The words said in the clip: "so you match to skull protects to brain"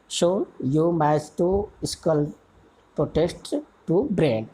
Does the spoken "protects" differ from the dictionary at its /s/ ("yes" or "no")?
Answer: yes